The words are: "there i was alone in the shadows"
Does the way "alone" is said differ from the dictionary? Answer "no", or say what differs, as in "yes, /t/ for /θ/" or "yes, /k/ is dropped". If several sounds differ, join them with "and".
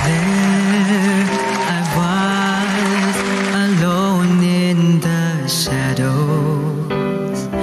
no